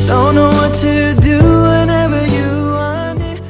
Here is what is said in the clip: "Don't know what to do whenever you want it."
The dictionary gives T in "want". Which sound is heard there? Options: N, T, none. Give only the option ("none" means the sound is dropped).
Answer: none